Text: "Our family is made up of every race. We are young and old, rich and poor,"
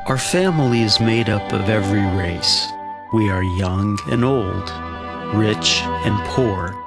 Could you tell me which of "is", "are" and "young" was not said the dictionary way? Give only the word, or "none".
none